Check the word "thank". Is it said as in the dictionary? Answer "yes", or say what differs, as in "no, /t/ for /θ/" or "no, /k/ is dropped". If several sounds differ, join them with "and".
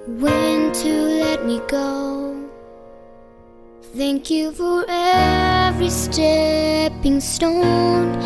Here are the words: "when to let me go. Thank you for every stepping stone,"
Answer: yes